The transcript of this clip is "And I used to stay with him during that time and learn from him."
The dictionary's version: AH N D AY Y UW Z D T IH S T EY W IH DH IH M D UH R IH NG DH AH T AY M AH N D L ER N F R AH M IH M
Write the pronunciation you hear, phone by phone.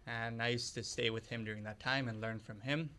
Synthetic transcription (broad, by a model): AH N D AY Y UW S T IH S T EY W IH DH IH M D UH R IH NG DH AH T AY M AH N L ER N F R AH M IH M